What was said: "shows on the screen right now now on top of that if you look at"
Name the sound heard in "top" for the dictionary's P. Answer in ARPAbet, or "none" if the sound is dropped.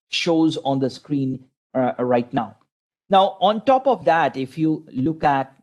P